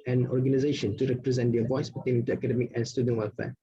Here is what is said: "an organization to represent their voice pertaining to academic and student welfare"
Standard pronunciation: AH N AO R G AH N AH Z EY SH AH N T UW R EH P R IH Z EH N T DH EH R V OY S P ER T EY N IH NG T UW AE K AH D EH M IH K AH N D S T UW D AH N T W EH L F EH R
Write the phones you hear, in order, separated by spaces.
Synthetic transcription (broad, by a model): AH N AO R G AH N AH Z EY SH AH N T UW R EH P R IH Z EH N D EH V OY S B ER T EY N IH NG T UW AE K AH D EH M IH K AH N S T UW D AH N T W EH L F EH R